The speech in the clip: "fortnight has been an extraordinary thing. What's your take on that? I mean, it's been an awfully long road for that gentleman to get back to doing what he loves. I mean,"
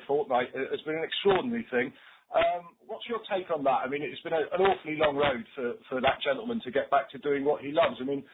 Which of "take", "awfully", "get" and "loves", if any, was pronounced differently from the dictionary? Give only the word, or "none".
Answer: none